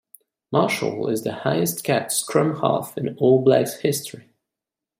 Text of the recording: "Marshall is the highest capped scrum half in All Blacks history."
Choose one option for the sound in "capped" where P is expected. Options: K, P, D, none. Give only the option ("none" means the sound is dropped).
none